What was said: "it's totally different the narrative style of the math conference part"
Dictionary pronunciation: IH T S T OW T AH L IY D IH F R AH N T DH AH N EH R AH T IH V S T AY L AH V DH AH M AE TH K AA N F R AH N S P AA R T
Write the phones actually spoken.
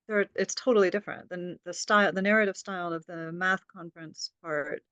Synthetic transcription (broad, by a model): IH T S T OW T L IY D IH F R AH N T DH AH N EH R AH T IH V S T AY L AH V DH AH M AE TH K AA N F R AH N S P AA R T